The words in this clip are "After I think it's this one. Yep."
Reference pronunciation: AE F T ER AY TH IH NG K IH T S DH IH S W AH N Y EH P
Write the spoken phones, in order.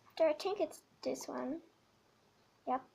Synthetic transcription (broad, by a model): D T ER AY T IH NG K IH T S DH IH S W AH N Y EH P